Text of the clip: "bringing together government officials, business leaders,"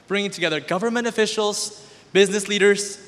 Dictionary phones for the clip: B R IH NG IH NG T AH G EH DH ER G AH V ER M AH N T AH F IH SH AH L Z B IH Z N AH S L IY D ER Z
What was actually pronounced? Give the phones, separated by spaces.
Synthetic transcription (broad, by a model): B R IH NG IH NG T AH G EH DH ER G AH V ER M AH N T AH F IH SH L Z B IH Z N AH S L IY D ER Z